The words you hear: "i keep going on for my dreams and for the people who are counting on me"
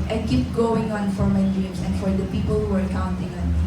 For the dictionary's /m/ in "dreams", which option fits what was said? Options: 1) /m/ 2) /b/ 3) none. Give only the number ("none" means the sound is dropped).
3